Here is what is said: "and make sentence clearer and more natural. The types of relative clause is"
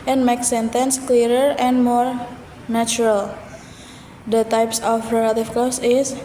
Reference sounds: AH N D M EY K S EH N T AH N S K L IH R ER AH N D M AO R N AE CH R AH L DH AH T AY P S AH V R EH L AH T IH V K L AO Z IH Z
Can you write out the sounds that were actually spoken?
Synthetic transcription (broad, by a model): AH N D M EY K S EH N T AH N S K L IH R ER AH N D M AO R N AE CH R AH L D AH T AY P S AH F R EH L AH T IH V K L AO S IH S